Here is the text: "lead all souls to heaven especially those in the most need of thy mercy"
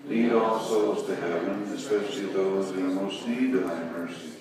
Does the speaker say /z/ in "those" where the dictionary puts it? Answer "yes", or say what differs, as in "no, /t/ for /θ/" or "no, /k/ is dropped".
no, /z/ is dropped